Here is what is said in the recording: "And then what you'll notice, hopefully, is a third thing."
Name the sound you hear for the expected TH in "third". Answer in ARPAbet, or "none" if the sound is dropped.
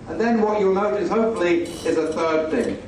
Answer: TH